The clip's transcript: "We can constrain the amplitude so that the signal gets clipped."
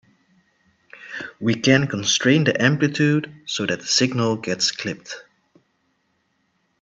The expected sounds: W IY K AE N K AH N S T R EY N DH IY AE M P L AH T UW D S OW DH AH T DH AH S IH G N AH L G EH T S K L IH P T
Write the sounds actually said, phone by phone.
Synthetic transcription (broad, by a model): W IY K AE N K AH N S T R EY N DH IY AE M P L AH T UW D S OW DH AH T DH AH S IH G N AH L G EH T S K L IH P T